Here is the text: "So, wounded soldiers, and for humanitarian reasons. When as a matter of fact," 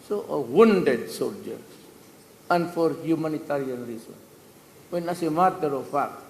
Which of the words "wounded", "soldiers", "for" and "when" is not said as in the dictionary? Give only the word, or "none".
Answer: soldiers